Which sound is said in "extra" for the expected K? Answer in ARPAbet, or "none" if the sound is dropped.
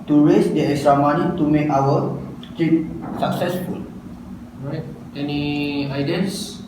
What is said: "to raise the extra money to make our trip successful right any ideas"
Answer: none